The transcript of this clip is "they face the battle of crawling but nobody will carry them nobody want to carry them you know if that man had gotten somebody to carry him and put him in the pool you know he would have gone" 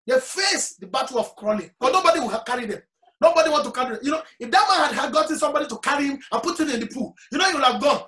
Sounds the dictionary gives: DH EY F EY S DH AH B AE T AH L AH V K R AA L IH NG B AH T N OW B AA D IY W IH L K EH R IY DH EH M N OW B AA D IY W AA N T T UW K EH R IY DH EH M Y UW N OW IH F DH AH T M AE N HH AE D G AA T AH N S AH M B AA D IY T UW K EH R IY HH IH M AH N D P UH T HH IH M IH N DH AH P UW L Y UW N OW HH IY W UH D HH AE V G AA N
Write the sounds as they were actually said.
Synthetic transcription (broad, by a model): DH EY F EY S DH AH B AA T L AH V K R AA L IH NG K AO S N OW B AA D IY W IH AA K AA R IY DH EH M N OW B AA D IY W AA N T T UW K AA R IY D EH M Y UW N OW IH F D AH T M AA N HH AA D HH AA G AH N S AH M B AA D IY T UW K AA R IY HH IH M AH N P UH T HH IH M IH N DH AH P UW L Y UW N OW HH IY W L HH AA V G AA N